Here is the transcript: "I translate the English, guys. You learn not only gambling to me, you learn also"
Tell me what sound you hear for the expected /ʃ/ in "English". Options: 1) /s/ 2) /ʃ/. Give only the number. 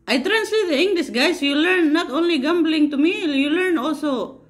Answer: 1